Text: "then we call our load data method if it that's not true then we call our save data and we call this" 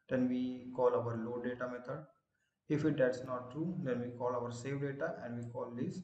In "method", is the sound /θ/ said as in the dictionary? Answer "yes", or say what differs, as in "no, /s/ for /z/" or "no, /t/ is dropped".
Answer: no, /t/ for /θ/